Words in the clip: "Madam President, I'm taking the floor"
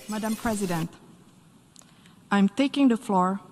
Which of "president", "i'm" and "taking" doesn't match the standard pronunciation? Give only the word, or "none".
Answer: none